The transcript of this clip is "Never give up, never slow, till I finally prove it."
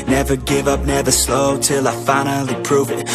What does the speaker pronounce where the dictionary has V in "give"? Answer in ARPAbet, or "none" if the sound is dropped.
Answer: V